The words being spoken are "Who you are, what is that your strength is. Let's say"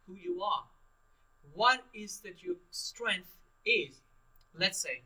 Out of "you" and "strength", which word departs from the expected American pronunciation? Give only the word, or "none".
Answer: none